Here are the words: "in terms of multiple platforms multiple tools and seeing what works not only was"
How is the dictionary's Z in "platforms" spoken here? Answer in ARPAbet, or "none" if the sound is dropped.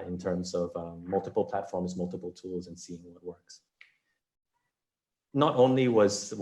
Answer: Z